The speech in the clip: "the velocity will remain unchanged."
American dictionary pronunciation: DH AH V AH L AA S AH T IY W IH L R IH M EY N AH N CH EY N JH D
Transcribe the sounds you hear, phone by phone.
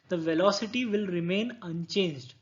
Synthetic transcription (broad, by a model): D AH V AH L AA S AH T IY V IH L R IH M EY N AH N CH EY N JH D